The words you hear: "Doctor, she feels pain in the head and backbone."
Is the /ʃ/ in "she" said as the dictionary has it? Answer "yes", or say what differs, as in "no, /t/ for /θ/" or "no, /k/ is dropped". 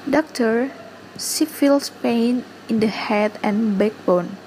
no, /s/ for /ʃ/